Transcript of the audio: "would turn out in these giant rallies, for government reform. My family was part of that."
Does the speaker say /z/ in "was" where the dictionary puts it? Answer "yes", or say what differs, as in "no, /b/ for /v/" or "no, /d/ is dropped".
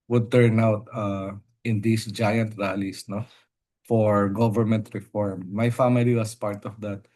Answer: no, /s/ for /z/